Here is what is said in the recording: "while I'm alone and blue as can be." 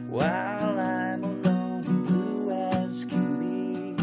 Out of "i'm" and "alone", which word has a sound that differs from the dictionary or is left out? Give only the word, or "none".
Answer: alone